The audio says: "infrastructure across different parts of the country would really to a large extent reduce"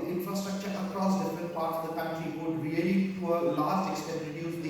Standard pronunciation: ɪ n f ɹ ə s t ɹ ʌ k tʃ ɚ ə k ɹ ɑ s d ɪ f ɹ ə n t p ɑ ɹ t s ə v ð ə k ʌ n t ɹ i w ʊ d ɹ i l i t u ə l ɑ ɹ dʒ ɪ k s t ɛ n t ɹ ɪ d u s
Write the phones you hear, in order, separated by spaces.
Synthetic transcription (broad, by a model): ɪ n f ɹ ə s t ɹ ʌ k tʃ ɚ ə k ɹ ɑ s d ɪ f ɹ ə n t p ɑ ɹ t ə v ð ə k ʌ n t ɹ i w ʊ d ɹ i l i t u ə l ɑ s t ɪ k s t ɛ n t ɹ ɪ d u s